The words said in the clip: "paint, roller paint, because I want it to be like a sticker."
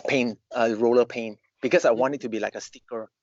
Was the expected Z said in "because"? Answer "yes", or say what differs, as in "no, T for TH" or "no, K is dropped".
no, S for Z